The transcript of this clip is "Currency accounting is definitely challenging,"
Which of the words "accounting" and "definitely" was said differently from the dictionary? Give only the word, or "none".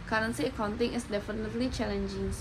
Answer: none